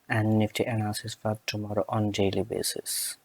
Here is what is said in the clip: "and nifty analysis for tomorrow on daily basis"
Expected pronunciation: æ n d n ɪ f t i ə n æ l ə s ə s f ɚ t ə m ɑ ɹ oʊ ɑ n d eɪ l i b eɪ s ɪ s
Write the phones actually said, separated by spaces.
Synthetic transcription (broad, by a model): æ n d n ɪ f t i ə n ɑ ə s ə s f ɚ t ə m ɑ ɹ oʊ ɑ n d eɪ l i b eɪ s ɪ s